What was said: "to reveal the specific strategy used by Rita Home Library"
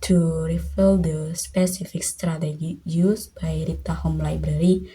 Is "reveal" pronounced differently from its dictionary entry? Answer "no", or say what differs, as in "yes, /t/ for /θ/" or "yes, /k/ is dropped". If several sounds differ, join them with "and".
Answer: yes, /f/ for /v/